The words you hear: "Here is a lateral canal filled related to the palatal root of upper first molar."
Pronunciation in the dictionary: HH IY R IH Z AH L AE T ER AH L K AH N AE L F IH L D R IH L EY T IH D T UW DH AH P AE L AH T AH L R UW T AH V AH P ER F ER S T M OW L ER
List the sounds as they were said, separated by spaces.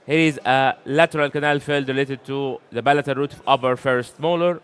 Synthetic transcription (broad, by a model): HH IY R IH Z AH L AE T ER AH L K AH N AE L F IH L D R IH L EY T IH D T UW DH AH B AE L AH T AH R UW T AH V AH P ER F ER S T M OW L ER